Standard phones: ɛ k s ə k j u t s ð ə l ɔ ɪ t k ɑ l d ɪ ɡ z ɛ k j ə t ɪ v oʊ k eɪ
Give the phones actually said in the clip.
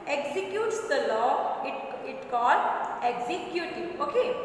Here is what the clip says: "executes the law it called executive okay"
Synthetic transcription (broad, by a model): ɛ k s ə k j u t s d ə l ɔ ɪ t k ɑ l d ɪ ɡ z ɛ k j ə t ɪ oʊ k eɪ